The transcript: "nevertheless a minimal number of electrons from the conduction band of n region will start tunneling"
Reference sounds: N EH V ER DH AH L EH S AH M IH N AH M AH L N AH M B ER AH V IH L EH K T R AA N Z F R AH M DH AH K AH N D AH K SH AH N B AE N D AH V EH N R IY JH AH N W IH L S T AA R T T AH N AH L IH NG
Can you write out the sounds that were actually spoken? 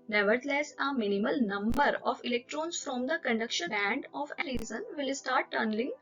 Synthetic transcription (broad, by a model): N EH V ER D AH L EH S AH M IH N AH M AH L N AH M B ER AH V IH L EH K T R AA N S F R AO M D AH K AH N D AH K SH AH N B AE N D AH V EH R IY Z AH N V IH L S T AA R T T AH N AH L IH NG